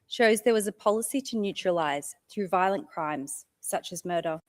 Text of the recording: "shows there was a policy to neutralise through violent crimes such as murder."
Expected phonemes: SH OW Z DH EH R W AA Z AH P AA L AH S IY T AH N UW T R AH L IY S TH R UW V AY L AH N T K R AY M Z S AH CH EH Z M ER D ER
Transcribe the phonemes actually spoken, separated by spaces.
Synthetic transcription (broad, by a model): SH OW Z DH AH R W AA Z AH P AA L AH S IY T AH N UW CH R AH L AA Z TH R UW V AY L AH N K R AY M Z S AH CH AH Z M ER D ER